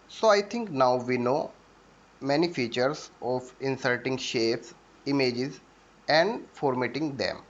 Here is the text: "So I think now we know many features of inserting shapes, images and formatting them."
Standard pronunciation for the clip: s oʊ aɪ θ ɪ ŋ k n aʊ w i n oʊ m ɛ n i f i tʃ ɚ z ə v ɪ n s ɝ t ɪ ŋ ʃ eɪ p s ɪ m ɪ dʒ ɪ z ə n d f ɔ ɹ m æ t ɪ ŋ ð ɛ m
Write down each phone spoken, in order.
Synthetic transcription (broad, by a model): s oʊ aɪ t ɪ ŋ k n aʊ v i n oʊ m ɛ n i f i tʃ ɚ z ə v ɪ n s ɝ t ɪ ŋ ʃ eɪ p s ɪ m ɪ dʒ ɪ z ə n d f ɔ ɹ m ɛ t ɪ ŋ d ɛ m